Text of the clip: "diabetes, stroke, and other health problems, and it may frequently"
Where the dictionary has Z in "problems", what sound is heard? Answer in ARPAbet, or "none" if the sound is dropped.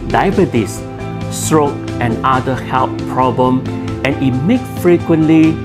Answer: none